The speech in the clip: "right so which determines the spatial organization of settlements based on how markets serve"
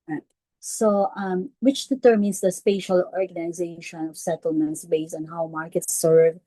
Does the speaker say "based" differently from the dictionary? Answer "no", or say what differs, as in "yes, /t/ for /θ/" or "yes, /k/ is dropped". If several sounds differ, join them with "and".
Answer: yes, /t/ is dropped